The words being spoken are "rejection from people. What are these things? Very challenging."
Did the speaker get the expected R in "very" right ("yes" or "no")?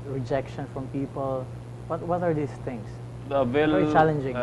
no